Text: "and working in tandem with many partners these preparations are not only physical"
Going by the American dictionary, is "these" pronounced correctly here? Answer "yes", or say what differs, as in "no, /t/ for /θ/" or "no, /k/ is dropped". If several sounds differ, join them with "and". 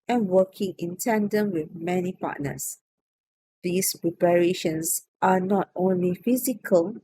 no, /s/ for /z/